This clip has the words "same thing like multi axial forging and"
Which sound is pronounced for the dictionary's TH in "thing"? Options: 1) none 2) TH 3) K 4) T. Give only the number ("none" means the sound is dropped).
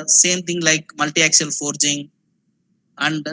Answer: 4